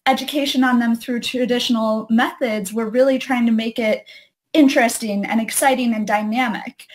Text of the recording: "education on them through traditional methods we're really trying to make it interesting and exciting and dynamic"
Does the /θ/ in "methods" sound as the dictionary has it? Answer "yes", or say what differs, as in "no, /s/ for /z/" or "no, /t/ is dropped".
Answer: yes